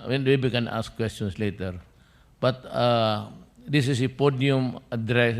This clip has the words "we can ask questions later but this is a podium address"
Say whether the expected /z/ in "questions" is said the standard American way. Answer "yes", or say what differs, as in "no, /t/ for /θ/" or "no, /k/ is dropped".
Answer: no, /s/ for /z/